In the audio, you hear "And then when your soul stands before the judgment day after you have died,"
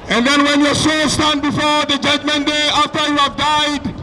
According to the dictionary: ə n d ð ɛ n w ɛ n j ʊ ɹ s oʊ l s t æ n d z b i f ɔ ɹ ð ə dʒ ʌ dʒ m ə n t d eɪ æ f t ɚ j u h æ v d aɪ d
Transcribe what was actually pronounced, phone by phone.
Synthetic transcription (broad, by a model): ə n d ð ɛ n w ɛ n j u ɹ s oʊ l s t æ n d b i f ɔ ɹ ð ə dʒ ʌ dʒ m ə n d eɪ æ f t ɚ j u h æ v d aɪ d